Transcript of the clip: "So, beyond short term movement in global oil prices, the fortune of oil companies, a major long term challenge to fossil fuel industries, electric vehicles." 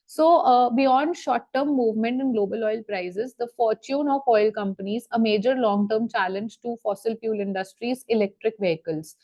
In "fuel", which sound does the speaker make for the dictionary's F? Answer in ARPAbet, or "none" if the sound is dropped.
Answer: P